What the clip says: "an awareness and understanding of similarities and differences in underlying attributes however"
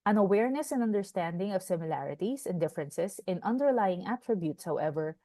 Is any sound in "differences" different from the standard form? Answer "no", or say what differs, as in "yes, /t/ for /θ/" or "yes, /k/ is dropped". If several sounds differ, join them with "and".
yes, /s/ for /z/